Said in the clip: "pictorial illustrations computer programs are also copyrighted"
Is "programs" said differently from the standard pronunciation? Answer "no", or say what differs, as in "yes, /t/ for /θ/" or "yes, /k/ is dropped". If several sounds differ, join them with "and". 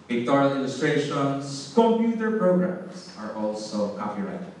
yes, /s/ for /z/